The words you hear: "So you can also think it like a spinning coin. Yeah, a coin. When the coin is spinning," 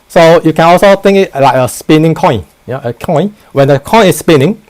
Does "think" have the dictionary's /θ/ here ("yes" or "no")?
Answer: no